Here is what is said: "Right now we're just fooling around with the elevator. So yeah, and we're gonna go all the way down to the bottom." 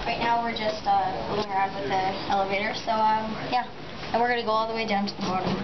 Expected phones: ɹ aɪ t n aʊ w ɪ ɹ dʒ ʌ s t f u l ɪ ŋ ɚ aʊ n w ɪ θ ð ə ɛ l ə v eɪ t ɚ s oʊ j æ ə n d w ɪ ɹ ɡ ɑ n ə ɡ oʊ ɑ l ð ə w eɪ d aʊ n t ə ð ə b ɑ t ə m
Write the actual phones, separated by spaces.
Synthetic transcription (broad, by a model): ɹ aɪ t n aʊ w ɪ ɹ dʒ ʌ s t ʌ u ɪ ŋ ɚ aʊ n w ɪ ð ə ɛ l ə v eɪ t ɚ s oʊ j æ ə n w ɪ ɹ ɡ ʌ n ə ɡ oʊ ɑ l ð ə w eɪ d aʊ n t ə ð ə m ɑ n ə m